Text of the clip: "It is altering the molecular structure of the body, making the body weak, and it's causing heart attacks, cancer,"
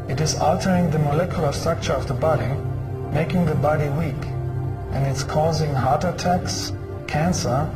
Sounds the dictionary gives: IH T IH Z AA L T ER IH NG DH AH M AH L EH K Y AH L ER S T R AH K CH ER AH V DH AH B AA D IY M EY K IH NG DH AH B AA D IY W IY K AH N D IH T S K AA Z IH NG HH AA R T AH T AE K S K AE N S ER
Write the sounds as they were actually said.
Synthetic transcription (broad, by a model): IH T IH Z AA L T ER IH NG DH AH M AH L EH K Y AH L ER S T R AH K CH ER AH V DH AH B AA D IY M EY K IH NG DH AH B AA D IY W IY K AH N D IH T S K AA Z IH NG HH AA R T AH T AE K S K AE N S ER